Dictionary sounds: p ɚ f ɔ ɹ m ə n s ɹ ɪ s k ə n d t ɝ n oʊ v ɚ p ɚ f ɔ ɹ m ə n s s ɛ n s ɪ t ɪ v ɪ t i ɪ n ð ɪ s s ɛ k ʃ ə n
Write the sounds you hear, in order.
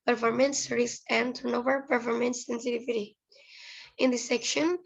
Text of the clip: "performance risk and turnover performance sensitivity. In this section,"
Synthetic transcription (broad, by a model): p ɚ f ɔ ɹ m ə n s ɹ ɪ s ə n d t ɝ n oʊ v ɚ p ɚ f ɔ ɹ m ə n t s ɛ n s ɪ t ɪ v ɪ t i ɪ n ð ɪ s s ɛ k ʃ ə n